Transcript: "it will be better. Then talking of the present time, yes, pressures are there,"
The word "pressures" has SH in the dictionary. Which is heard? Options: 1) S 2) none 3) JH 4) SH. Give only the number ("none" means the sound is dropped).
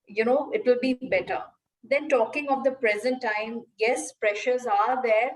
4